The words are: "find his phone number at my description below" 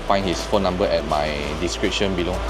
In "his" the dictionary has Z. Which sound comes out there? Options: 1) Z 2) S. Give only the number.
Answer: 2